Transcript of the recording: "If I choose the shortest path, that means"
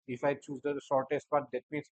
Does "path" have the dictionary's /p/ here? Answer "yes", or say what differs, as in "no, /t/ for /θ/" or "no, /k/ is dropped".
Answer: no, /b/ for /p/